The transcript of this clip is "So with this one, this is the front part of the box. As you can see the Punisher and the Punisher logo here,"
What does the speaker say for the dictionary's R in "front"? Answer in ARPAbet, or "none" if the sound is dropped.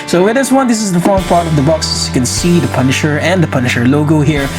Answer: none